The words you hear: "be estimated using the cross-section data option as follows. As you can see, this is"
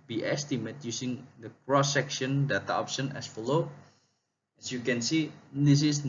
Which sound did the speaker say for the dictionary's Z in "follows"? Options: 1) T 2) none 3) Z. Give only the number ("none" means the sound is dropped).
2